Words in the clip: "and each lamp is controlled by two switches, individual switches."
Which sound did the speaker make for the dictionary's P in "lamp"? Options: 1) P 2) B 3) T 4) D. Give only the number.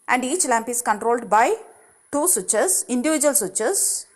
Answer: 1